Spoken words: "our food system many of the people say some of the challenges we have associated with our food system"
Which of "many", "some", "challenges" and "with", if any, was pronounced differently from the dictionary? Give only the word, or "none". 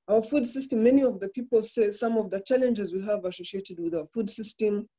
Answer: none